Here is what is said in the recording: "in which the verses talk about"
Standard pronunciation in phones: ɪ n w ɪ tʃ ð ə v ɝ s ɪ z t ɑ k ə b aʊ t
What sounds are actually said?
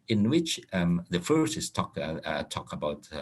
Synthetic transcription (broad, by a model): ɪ n w ɪ tʃ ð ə f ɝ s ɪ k t ɑ k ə b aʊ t